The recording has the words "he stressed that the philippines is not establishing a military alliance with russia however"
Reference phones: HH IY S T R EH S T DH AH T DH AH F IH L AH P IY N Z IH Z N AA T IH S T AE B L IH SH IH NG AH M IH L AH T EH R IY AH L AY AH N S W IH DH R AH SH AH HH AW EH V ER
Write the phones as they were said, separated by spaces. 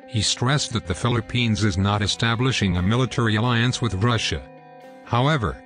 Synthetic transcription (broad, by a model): HH IY S T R EH S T DH AH T DH AH F IH L AH P IY N Z IH Z N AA T IH S T AE B L IH SH IH NG AH M IH L AH T EH R IY AH L AY AH N S W IH DH R AH SH AH HH AW EH V ER